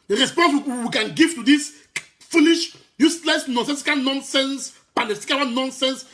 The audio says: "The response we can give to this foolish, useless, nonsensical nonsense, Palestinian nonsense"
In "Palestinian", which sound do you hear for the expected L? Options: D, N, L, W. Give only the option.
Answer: N